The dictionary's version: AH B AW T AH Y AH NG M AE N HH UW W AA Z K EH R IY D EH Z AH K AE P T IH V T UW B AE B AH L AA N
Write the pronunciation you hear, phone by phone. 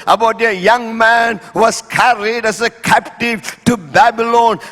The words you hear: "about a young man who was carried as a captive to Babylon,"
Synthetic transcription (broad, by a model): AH B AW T AH Y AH NG M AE N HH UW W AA S K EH R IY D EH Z AH K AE P T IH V T UW B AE B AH L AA N